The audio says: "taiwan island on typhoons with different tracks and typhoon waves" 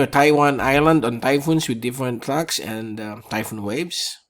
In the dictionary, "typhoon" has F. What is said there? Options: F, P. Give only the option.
F